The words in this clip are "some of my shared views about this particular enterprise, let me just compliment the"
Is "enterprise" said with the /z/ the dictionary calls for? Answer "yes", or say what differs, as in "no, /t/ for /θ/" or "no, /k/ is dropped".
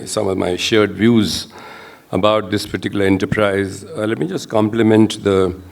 yes